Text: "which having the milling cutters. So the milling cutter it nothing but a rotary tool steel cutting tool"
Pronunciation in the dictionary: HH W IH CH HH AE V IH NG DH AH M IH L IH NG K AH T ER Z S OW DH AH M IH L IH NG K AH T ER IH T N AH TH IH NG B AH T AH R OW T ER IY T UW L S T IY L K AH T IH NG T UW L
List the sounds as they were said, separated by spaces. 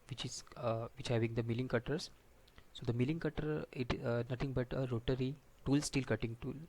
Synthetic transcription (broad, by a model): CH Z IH CH HH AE V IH NG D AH M IH L IH NG K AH T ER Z S OW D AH M IH L IH NG K AH T ER IH T N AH T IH NG B AH T AH R OW T ER IY T UW L S T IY L K AH T IH NG T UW L